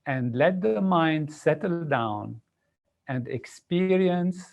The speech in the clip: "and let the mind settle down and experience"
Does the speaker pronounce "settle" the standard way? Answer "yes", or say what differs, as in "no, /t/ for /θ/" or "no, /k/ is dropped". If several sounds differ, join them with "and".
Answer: yes